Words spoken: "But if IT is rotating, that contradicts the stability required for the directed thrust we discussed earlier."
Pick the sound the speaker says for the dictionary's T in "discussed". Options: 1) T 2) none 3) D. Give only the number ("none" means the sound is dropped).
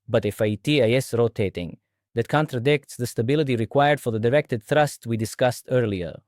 1